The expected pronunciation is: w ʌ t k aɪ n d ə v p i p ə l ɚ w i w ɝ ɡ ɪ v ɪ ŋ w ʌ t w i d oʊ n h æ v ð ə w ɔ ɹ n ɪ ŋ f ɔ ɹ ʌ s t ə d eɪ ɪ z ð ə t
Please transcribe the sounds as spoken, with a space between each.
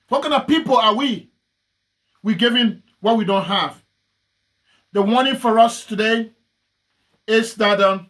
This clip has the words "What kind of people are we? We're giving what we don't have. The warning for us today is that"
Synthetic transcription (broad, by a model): w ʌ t k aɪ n ə v p i p ə l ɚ w i w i ɡ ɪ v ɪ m w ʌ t w i d oʊ n h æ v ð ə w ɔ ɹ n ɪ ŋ f ɔ ɹ ʌ s t ə d eɪ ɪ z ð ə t